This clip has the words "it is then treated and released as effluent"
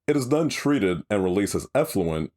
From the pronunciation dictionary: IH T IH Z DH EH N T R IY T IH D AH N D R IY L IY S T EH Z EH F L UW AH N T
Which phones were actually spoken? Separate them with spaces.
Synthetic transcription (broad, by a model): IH T IH Z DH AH N T R IY T IH D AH N R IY L IY S IH Z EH F L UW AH N T